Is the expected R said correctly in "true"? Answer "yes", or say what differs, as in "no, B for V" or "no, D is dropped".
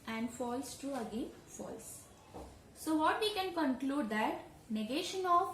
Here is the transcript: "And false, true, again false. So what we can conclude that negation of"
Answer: yes